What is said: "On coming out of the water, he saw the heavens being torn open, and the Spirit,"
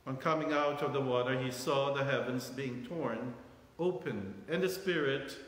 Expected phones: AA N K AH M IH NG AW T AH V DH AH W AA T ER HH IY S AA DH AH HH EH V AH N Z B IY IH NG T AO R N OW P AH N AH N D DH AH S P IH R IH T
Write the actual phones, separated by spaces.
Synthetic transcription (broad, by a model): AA N K AH M IH NG AW T AH V DH AH W AA T ER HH IY S AA DH AH HH EH V AH N Z B IY IH NG T AO R N OW P AH N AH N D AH S P IH R IH T